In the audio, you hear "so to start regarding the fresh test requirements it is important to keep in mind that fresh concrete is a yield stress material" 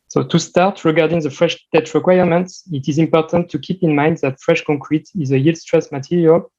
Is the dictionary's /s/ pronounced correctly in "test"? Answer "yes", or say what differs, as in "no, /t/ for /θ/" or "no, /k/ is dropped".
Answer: no, /s/ is dropped